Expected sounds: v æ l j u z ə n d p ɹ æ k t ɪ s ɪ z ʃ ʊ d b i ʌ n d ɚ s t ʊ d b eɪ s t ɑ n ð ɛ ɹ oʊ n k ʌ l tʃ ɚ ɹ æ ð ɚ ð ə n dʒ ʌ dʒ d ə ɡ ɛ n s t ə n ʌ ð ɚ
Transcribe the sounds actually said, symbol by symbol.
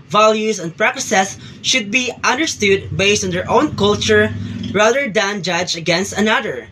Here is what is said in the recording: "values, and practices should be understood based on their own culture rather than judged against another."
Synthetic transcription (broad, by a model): v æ l j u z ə n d p ɹ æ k s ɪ s ʃ ʊ d b i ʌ n d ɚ s t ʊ d b eɪ s t ɑ n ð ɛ ɹ oʊ n k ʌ l tʃ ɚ ɹ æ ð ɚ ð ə n dʒ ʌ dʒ ə ɡ ɛ n s t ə n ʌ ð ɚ